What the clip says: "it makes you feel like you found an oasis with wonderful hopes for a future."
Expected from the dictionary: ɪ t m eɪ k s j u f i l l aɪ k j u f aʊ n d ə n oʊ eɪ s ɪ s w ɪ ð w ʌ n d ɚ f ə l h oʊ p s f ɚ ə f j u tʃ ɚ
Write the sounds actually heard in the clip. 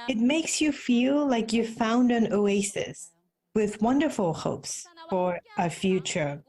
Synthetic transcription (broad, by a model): ɪ t m eɪ k s j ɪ f i l l aɪ k j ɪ f aʊ n d ə n oʊ eɪ s ɪ s w ɪ ð w ʌ n d ɚ f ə l h oʊ p s f ɚ ə f j u tʃ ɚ